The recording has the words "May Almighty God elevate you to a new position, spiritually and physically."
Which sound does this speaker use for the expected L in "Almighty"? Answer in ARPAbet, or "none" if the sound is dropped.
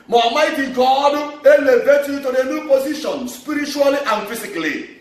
none